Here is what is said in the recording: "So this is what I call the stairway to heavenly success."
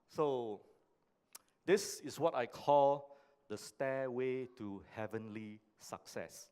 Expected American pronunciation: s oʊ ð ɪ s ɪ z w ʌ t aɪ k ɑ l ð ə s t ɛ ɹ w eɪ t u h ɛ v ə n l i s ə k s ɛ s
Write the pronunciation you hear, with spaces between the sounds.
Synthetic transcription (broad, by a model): s oʊ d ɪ s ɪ s w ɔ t aɪ k ɑ l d ə s t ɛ w eɪ t u h ɛ v ə n l i s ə k s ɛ s